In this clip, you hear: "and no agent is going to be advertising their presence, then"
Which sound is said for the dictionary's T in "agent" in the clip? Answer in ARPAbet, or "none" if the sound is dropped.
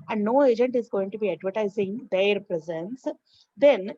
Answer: T